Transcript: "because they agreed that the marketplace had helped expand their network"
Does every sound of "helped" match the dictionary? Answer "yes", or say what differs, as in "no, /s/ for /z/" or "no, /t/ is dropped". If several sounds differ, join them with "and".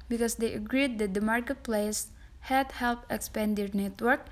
no, /t/ is dropped